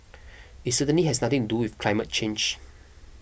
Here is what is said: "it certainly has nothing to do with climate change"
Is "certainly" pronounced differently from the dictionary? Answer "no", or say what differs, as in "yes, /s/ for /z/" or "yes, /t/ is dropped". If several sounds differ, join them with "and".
yes, /l/ is dropped